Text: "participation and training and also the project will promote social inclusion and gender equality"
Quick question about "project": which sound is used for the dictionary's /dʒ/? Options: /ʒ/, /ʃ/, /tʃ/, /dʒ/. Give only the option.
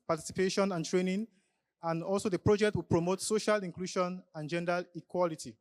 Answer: /dʒ/